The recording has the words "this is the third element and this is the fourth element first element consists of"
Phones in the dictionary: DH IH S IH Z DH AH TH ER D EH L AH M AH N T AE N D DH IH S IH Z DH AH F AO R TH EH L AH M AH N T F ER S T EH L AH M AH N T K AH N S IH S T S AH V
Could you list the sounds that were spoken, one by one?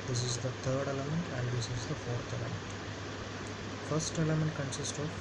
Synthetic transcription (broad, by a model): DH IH S IH Z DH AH T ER D EH L AH M AH N T AE N D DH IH S IH Z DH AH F AO R T EH L AH M AH N T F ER S T EH L AH M AH N T K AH N S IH S T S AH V